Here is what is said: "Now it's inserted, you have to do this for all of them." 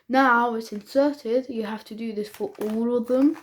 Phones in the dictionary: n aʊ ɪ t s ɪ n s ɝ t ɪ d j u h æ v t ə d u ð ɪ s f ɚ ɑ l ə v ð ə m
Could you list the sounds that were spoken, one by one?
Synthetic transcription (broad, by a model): n aʊ ɪ t s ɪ n s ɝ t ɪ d j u h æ f t ə d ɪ ð ɪ s f ɚ ɑ l ə v ð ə m